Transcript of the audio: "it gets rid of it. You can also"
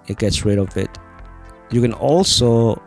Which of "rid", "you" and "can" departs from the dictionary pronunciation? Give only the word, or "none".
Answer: none